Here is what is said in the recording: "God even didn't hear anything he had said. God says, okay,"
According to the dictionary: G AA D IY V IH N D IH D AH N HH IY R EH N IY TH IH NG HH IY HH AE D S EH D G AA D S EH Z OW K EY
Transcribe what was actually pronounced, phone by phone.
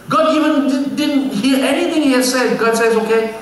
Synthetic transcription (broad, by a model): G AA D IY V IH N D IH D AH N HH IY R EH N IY T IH NG HH IY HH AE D S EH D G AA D S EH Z OW K EY